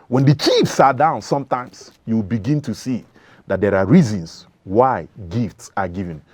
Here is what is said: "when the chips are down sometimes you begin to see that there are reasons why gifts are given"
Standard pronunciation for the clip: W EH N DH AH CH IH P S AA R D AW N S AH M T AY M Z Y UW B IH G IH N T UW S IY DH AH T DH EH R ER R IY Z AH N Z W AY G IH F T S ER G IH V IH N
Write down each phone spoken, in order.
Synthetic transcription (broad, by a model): W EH N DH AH CH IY F S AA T D AW N S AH M T AY M S Y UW B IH G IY N T UW S IY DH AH T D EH R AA R IY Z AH N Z W AY G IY F T S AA G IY V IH N